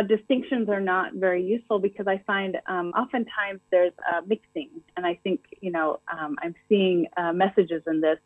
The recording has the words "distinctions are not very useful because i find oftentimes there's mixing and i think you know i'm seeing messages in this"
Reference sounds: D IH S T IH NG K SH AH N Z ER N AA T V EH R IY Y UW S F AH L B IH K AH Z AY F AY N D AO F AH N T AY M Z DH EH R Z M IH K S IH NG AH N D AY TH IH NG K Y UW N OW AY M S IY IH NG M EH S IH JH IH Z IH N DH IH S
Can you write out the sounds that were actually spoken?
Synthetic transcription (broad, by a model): D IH S T IH NG K SH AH N Z ER N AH T V EH R IY Y UW S F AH L B IH K AH Z AY F AY N D AO F AH N T AY M Z DH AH R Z M IH K S IH NG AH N AY TH IH NG K Y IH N OW AY M S IY IH NG M EH S IH JH IH Z IH N DH IH S